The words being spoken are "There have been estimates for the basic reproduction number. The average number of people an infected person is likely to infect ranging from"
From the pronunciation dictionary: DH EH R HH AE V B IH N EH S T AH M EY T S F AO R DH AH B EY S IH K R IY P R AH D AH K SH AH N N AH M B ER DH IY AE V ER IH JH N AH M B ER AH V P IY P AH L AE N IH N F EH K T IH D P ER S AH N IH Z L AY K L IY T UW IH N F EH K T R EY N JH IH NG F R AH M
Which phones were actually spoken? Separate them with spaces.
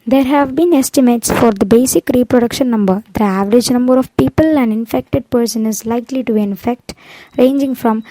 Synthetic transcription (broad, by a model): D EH R HH AE V B IH N EH S T AH M EY T S F AO R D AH B EY S IH K R IY P R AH D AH K SH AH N N AH M B ER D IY AE V ER IH JH N AH M B ER AH V P IY P AH L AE N IH N F EH K T IH D P ER S AH N IH Z L AY K L IY T UW IH N F EH K T R EY N JH IH NG F R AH M